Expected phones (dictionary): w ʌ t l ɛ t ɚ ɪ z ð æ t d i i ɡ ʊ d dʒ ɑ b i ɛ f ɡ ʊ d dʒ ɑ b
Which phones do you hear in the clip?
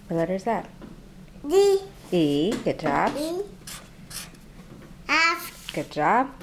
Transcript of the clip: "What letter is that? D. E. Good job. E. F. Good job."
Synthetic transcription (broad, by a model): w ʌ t w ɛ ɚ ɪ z ð æ t d i i ɡ ʊ d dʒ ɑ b i ɛ f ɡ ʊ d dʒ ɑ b